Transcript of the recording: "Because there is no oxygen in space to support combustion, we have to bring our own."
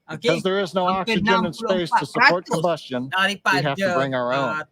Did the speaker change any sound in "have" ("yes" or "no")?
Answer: yes